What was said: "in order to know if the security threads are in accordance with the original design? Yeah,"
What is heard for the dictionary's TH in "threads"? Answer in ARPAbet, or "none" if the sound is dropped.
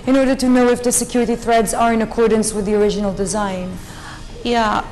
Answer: TH